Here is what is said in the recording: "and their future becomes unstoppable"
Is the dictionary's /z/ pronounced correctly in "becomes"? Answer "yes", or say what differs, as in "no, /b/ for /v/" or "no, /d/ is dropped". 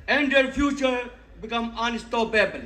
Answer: no, /z/ is dropped